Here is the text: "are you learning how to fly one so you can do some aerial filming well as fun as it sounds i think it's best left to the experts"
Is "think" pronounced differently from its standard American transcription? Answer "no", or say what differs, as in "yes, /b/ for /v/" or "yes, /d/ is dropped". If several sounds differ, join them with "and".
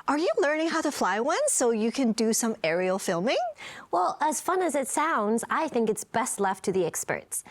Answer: no